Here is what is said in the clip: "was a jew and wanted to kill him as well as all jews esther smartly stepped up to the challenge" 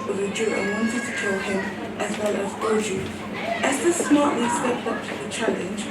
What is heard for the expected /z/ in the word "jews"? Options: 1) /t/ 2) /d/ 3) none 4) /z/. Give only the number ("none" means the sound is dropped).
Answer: 3